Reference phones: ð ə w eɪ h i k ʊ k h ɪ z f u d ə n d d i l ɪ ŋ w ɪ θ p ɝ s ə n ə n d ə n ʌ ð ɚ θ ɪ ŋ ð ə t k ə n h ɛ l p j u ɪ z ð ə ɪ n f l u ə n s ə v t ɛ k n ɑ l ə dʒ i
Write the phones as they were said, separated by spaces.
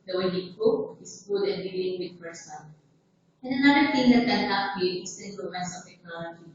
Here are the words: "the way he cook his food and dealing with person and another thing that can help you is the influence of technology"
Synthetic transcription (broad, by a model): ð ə w eɪ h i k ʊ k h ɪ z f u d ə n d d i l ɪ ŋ w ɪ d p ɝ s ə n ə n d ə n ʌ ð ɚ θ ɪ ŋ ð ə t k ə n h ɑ p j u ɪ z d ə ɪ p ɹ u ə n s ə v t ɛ k n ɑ l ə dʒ i